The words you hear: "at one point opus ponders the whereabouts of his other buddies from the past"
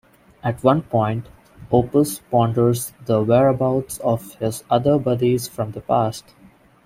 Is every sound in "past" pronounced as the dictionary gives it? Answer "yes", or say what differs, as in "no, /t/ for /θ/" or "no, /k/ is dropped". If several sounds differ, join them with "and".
yes